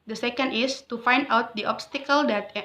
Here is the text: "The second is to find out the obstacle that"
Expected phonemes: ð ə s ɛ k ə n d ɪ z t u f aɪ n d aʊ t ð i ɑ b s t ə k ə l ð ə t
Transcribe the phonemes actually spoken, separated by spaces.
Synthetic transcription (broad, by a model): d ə s ɛ k ə n d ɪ s t u f aɪ n d aʊ t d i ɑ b s t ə k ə l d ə t